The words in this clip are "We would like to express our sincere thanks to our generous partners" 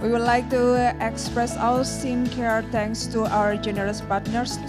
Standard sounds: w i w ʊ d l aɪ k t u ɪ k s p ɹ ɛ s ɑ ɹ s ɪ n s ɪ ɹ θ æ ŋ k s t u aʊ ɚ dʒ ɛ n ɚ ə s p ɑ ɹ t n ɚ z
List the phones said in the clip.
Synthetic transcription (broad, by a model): w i w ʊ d l aɪ k t u ɪ k s p ɹ ɛ s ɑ l s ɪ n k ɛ ɹ t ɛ ŋ k s t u aʊ ɚ dʒ ɛ n ɚ ə s p ɑ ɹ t n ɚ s